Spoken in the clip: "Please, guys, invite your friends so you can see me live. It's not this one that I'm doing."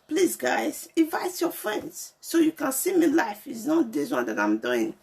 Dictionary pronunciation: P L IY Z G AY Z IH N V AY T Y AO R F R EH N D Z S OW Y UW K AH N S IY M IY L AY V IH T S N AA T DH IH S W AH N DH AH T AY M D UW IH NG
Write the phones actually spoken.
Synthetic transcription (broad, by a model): P L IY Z G AY Z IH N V AY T Y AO F R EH N D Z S OW Y UW K AH N S IY M IY L AY F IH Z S N AA T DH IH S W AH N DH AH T AY M D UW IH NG